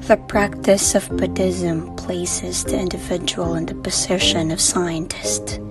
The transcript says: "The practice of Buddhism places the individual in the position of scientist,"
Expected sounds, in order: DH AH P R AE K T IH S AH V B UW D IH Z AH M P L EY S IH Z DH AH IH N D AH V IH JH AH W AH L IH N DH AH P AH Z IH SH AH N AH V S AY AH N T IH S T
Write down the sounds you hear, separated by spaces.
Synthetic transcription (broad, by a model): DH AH P R AE K T IH S AH V B UW D IH Z AH M P L EY S IH Z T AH IH N D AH V IH JH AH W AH L IH N DH AH P AH Z IH SH AH N AH V S AY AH N T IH S T